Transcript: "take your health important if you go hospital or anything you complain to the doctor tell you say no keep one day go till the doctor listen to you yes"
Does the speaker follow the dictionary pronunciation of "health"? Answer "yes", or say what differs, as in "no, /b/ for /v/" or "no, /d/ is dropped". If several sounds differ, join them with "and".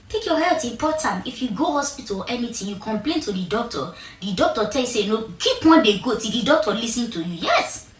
no, /t/ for /θ/